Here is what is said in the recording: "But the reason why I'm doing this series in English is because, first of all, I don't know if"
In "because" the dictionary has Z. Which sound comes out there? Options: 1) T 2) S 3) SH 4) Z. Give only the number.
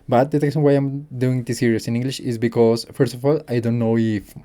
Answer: 2